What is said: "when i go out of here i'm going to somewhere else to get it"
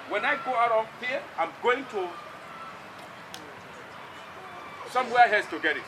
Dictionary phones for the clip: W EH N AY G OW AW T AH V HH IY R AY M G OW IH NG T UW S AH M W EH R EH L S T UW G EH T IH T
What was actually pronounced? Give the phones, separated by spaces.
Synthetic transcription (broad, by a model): W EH N AY G OW AW T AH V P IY AY M G OW IH NG T UW S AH M W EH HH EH S T UW G EH T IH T